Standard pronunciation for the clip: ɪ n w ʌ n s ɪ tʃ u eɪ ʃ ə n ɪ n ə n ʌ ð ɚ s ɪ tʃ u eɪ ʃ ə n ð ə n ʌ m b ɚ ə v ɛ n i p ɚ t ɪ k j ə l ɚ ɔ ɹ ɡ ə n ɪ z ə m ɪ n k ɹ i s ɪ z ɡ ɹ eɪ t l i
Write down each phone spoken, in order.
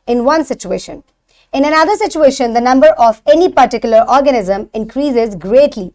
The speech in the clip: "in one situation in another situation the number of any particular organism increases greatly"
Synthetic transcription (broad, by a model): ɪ n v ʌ n s ɪ tʃ u eɪ ʃ ə n ɪ n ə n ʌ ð ɚ s ɪ tʃ u eɪ ʃ ə n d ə n ʌ m b ɚ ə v ɛ n i p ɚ t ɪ k j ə l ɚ ɔ ɹ ɡ ə n ɪ z ə m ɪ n k ɹ i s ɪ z ɡ ɹ eɪ t l i